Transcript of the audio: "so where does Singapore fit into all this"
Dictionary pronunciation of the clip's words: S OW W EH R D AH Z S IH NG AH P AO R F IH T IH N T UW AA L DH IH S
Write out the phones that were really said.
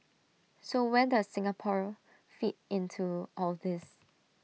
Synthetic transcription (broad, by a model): S OW W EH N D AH S IH NG AH P AO R F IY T IH N T UW AA L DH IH S